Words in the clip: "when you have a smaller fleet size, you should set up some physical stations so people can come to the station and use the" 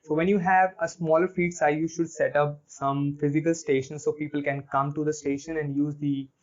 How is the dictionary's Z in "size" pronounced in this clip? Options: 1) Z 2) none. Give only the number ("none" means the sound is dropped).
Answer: 2